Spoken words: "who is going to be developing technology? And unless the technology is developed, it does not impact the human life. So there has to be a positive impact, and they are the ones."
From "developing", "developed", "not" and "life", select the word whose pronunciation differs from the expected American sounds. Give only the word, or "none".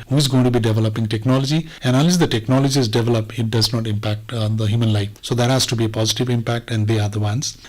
developed